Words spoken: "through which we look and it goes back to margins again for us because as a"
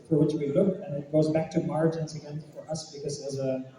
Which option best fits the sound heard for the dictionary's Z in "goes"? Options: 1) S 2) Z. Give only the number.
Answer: 2